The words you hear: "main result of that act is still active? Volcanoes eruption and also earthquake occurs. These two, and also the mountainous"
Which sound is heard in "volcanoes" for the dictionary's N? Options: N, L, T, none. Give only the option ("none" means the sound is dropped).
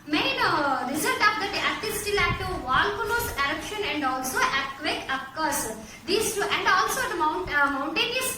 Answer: L